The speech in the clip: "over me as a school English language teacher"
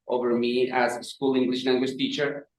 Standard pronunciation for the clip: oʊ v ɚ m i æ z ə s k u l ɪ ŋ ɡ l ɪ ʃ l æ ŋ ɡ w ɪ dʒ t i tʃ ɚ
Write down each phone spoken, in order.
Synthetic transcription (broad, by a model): oʊ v ɚ m i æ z s k u l ɪ ŋ ɡ l ɪ ʃ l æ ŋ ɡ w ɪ ʃ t i tʃ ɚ